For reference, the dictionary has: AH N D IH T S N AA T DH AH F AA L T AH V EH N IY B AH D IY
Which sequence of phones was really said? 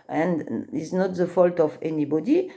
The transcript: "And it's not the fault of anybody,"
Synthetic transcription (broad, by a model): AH N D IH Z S N AA T DH AH F AA L T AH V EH N IY B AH D IY